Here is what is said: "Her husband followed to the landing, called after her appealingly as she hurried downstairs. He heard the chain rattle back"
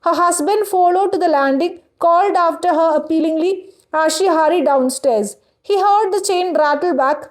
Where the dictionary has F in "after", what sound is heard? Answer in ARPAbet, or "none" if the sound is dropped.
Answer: F